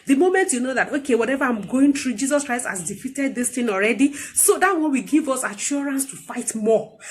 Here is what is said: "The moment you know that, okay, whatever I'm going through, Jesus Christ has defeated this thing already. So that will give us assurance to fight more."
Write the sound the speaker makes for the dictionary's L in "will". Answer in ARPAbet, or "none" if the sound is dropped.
W